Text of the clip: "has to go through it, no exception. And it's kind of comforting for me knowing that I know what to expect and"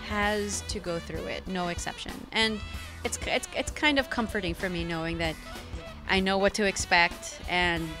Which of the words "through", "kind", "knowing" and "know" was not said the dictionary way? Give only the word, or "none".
none